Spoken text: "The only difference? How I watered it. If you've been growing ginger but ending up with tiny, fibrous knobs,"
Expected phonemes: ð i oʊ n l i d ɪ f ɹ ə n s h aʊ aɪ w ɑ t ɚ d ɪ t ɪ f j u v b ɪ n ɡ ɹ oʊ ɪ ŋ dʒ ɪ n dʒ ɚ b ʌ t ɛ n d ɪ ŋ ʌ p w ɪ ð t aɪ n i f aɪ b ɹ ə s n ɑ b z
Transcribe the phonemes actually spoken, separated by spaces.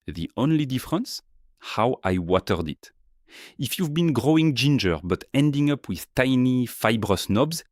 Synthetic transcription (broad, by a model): ð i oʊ n l i d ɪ f ɹ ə n s h aʊ aɪ w ɑ t ɚ d ɪ t ɪ f j u v b ɪ n ɡ ɹ oʊ ɪ ŋ dʒ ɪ n dʒ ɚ b ʌ t ɛ n d ɪ ŋ ʌ p w ɪ ð t aɪ n i f aɪ b ɹ ə s n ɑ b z